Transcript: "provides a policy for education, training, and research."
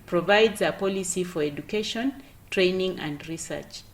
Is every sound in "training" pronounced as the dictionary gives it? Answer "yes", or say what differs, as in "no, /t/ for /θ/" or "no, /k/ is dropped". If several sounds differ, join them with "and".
yes